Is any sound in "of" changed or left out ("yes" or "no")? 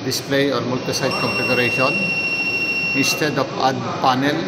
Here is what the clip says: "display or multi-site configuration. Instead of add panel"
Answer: yes